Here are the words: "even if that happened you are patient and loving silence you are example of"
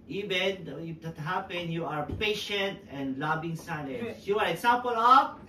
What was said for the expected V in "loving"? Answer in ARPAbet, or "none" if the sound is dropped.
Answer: B